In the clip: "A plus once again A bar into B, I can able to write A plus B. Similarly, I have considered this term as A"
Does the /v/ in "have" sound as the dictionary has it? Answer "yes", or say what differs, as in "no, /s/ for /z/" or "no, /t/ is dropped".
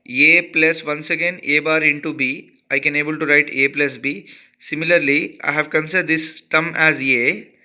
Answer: yes